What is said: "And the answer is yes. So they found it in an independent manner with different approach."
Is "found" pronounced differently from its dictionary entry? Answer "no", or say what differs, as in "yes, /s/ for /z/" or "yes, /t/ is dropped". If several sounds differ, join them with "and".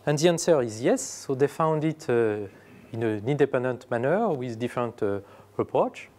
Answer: no